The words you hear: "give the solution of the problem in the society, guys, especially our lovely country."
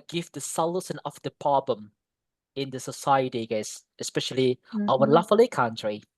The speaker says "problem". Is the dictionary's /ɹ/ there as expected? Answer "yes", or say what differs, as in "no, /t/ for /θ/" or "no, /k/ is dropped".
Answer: no, /ɹ/ is dropped